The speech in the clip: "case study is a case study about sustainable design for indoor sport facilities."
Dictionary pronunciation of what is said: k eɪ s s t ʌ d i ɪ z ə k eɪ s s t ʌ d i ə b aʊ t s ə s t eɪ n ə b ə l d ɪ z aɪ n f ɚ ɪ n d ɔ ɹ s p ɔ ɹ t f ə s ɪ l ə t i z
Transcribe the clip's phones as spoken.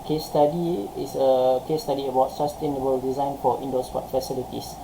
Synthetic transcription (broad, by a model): k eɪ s s t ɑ d i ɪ s ə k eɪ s s t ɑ d i ə b aʊ t s ə s t eɪ n ə b ə l d ɪ z aɪ n f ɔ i n d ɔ s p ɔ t f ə s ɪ l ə t i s